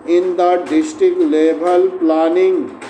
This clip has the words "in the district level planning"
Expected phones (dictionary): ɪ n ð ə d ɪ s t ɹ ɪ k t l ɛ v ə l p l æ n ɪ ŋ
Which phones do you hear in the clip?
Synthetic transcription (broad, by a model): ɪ n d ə d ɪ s t ɹ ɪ k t l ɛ b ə l p l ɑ n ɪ ŋ